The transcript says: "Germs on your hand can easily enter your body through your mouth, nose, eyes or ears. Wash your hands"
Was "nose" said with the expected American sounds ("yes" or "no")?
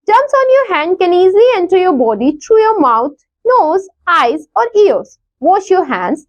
yes